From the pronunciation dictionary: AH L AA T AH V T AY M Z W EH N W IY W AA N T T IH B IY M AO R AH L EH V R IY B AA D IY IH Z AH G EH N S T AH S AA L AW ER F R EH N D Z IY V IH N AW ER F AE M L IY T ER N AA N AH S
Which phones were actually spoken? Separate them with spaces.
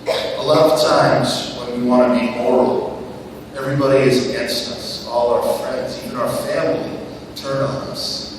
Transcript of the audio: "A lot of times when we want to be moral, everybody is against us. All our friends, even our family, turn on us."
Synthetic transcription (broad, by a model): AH L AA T AH V T AY M Z W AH N W IY W AA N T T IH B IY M AO R L EH V R IY B AA D IY IH Z AH G EH N S T AH S AA L AW ER F R EH N D Z IY V IH N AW ER F AE M L IY T ER N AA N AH S